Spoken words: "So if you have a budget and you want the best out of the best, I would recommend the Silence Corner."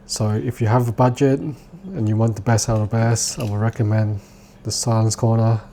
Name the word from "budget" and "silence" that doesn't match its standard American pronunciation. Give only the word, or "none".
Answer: none